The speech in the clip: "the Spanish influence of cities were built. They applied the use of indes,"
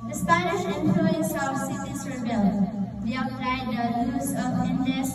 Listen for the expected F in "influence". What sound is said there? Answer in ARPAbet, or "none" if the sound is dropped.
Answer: P